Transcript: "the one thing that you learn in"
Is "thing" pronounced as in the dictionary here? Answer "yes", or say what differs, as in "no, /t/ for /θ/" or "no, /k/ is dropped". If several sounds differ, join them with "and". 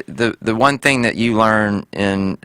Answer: yes